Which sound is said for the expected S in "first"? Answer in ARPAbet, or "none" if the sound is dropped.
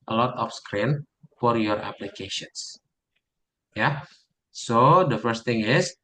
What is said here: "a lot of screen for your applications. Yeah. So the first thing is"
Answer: S